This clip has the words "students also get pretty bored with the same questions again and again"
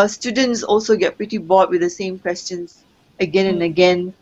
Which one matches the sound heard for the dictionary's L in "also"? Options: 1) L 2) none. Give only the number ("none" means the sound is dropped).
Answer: 1